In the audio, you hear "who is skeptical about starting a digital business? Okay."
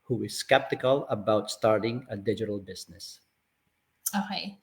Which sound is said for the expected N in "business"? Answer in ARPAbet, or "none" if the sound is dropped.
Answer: N